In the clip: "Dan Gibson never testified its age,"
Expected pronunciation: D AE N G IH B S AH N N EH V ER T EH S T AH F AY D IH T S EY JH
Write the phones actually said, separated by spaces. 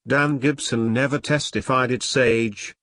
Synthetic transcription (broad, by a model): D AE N G IH B S AH N N EH V ER T EH S T AH F AY D IH T S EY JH